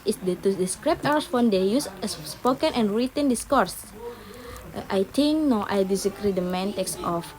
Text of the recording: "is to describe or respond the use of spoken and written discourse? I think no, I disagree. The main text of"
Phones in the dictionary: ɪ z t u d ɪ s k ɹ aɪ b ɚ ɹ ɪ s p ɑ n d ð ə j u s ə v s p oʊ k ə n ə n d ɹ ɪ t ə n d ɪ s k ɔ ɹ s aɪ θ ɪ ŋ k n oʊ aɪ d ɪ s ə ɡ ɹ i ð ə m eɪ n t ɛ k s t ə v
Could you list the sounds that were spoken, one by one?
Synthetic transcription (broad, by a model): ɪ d t u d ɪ s k ɹ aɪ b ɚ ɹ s f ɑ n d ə j u s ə s p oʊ k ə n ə n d ɹ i t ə n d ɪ s k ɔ ɹ s aɪ t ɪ ŋ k n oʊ aɪ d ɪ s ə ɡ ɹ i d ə m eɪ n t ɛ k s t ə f